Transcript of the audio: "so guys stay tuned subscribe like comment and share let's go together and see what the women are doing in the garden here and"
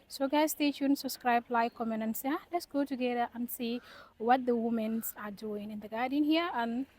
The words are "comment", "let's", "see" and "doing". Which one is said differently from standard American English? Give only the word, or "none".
comment